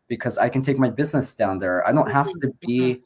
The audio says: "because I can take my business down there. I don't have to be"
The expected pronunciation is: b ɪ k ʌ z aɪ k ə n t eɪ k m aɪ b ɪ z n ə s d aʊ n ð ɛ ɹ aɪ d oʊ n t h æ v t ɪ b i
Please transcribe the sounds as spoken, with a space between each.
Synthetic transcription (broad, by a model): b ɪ k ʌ z aɪ k ə n t eɪ k m aɪ b ɪ z n ə s d aʊ n ð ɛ ɹ aɪ d oʊ n t h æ f t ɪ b i